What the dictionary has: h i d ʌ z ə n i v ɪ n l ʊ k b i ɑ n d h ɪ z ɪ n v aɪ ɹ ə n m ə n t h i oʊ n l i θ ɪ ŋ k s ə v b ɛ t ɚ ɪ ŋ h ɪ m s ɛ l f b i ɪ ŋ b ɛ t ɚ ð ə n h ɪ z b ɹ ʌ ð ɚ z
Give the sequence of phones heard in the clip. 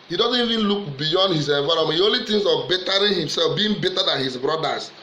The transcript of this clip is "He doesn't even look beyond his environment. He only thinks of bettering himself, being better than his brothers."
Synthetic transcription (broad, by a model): h i d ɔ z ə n i v ɪ n l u k b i ɑ n d h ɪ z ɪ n v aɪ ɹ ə m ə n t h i oʊ n l i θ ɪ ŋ s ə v b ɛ t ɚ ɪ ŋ h ɪ m s ɛ l f b i ɪ ŋ b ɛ t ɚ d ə n h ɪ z b ɹ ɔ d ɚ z